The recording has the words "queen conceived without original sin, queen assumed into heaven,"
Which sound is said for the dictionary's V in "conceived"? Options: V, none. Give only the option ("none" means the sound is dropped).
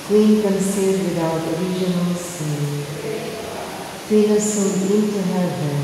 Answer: none